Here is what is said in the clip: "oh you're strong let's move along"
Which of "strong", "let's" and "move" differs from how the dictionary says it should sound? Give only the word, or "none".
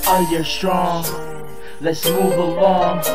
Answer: none